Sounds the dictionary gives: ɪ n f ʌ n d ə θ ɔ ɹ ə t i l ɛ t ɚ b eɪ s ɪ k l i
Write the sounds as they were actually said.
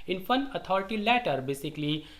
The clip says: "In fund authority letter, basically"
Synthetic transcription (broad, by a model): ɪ n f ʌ n ə t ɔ ɹ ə t i l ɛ t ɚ b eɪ s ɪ k l i